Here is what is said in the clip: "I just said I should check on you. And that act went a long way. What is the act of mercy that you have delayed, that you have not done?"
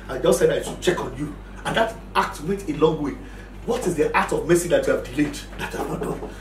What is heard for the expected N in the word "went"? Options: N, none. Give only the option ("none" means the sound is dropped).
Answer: none